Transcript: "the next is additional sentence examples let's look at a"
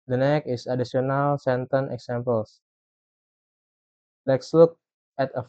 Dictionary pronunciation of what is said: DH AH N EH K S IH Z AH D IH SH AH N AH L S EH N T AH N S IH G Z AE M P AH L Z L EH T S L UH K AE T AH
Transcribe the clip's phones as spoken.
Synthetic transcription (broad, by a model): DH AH N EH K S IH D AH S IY AH N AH L S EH N T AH N IH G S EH M P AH L S L EH T S L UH K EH T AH